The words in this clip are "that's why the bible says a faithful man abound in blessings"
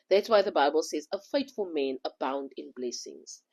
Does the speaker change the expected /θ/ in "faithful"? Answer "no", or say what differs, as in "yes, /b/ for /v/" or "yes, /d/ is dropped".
yes, /t/ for /θ/